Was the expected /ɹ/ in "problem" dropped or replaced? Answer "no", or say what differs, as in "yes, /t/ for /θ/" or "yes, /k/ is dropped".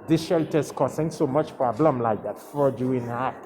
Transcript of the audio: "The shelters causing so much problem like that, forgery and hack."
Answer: yes, /ɹ/ is dropped